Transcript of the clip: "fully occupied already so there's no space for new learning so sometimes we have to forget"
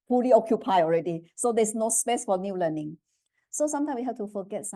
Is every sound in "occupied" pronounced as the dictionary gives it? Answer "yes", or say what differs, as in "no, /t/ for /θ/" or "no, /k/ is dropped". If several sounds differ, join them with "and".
no, /d/ is dropped